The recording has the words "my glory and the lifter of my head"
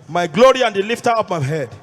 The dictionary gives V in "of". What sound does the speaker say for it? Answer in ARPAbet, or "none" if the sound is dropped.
P